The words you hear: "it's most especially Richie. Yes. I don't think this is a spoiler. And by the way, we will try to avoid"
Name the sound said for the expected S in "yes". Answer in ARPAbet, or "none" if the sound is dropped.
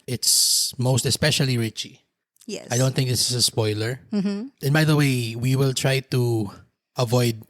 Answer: none